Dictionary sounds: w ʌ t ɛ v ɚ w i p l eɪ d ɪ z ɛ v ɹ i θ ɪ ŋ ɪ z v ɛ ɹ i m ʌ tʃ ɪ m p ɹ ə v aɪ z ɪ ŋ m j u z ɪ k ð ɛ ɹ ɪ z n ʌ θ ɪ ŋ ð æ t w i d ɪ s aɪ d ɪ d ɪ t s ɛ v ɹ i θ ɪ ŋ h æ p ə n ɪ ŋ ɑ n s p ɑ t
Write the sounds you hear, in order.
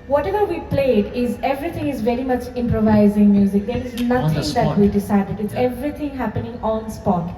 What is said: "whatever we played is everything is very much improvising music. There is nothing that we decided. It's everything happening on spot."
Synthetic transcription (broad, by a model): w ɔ t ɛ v ɚ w i p l eɪ d ɪ z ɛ v ɹ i t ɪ ŋ ɪ z v ɛ ɹ i m ʌ tʃ ɪ m p ɹ ə v aɪ z ɪ ŋ m j u z ɪ k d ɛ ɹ ɪ z n ʌ t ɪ ŋ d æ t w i d ɪ s aɪ d ɪ d ɪ t s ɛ v ɹ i t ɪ ŋ h æ p ə n ɪ ŋ ɑ n s p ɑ t